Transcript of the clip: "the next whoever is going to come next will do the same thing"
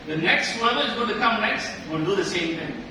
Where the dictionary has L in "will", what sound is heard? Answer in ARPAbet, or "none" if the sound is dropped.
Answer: N